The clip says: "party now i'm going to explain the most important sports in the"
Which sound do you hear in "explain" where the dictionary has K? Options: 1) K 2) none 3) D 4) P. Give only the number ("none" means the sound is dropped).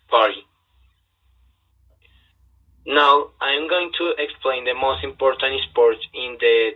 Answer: 1